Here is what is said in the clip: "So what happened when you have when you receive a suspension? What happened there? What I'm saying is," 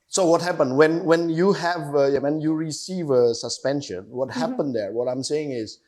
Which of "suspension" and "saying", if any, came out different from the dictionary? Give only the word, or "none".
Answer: none